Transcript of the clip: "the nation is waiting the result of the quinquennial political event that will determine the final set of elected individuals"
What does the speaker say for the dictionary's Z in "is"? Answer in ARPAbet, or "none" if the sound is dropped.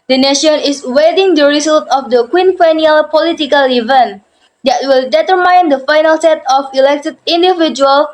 S